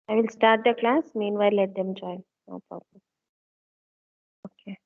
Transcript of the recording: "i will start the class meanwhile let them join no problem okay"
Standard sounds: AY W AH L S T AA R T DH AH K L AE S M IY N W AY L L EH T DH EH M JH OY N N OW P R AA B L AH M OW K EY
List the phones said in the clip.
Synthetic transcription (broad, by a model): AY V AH L S T AA R T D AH K L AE S M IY N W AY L L EH T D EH M JH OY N N OW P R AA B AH OW K EY